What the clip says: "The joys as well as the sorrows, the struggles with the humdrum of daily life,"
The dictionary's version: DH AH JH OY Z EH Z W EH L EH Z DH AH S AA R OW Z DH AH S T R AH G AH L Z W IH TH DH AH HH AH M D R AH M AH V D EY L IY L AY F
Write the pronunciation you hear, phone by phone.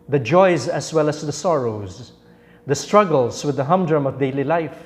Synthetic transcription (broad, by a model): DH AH JH OY Z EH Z W EH L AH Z DH AH S AA R OW Z DH AH S T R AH G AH L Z W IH DH AH HH AH M D R AH M AH V D EY L IY L AY F